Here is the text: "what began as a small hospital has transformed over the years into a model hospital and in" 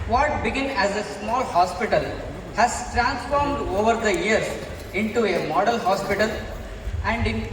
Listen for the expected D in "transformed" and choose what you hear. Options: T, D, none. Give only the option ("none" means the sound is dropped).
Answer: D